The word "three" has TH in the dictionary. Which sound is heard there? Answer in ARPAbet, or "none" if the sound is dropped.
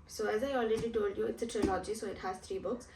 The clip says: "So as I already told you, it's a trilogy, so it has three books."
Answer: T